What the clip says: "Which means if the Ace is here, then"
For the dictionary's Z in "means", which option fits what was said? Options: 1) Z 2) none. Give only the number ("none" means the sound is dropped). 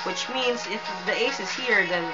1